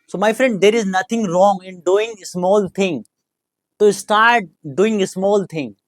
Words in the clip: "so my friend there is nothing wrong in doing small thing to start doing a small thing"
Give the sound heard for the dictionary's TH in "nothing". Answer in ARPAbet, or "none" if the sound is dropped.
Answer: T